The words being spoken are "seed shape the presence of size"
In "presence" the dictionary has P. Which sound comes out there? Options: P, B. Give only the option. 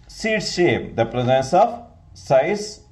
P